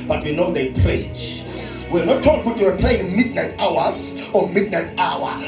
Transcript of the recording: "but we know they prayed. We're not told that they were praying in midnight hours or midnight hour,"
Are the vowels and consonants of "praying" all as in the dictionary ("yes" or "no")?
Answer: yes